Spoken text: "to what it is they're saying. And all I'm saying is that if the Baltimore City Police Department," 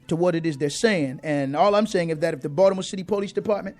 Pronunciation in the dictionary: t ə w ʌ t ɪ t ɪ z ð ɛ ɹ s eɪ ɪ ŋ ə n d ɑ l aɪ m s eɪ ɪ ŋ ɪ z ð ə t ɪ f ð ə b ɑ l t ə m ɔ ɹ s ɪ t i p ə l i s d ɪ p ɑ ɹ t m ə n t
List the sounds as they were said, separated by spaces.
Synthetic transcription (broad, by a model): t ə w ʌ t ɪ t ɪ z ð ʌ ɹ s eɪ ɪ ŋ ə n ɑ l aɪ m s eɪ ɪ ŋ ɪ z ð ə t ɪ f ð ə b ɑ t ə m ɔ s ɪ t i p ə l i s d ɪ p ɑ ɹ t m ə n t